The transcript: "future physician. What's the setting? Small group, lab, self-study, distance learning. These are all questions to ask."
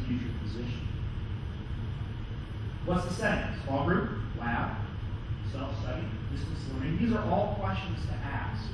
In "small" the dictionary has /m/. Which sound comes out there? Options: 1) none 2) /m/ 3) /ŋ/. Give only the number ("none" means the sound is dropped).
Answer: 1